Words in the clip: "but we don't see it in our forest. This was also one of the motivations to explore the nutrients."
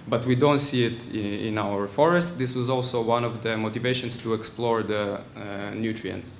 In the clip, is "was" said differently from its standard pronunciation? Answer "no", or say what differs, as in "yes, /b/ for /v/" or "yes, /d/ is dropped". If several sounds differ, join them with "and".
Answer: no